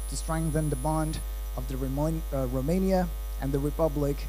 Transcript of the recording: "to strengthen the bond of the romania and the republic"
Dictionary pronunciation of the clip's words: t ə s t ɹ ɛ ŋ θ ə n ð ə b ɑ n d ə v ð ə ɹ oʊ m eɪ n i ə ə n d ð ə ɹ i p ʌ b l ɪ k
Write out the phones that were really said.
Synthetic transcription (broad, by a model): t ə s t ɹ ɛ ŋ θ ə n ð ə b ɑ n d ə v ð ə ɹ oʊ m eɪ n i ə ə n ð ə ɹ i p ʌ b l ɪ k